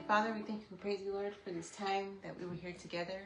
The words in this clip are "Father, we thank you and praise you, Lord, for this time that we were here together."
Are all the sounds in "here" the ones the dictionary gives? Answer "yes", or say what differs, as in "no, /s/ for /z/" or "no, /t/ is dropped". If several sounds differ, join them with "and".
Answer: yes